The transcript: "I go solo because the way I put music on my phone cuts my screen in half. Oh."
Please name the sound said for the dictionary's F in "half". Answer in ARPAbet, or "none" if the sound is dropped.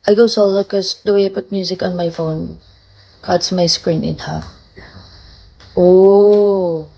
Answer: none